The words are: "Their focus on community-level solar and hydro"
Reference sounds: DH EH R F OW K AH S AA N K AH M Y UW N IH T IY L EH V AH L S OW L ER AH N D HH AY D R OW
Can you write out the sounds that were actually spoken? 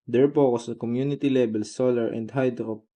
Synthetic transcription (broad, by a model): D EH R P OW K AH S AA K AH M Y UW N IH T IY L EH B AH L S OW L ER AH N D HH AY D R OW